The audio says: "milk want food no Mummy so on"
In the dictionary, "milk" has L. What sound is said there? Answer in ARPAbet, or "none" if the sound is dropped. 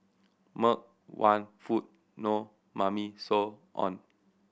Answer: none